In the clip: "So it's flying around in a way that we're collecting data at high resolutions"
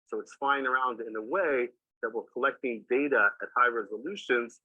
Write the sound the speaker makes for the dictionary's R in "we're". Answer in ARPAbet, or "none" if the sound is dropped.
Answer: L